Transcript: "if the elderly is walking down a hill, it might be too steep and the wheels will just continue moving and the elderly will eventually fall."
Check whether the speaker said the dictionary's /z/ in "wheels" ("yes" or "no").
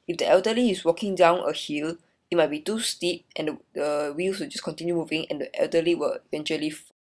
no